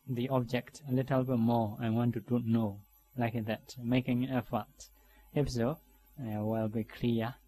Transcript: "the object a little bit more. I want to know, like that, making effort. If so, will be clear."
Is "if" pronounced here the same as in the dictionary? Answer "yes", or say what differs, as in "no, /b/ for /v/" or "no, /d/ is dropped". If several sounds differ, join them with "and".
no, /p/ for /f/